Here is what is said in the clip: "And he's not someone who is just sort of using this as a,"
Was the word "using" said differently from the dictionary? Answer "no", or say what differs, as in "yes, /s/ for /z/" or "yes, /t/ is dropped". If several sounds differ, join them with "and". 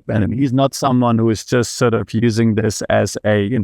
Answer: no